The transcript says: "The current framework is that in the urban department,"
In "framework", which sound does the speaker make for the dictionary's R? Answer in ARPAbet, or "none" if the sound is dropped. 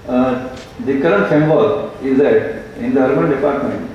none